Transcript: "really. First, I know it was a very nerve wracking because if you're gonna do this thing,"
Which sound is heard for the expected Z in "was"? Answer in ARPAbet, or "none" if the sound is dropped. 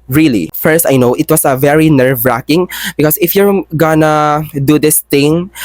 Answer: S